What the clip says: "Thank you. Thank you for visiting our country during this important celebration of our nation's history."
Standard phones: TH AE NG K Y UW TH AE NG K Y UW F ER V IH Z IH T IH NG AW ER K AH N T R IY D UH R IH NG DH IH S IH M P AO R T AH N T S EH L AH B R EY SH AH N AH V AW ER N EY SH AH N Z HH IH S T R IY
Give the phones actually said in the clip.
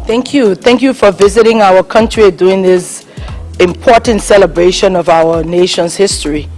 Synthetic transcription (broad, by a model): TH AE NG K Y UW TH AE NG K Y UW F ER V IH Z IH T IH NG AW ER K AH N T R IY D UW IH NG DH IH S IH M P AO R T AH N T S EH L AH B R EY SH AH N AH V AW ER N EY SH AH N Z HH IH S T R IY